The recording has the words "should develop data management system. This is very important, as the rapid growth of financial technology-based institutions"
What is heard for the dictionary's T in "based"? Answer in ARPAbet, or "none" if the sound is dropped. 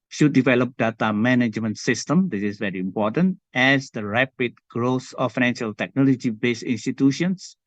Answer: none